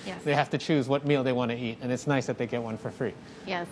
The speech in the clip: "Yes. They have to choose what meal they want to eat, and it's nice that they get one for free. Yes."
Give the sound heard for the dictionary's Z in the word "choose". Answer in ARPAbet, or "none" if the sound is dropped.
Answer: Z